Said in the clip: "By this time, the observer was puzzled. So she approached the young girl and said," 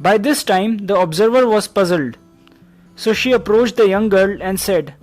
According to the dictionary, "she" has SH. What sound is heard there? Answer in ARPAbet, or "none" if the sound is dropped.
SH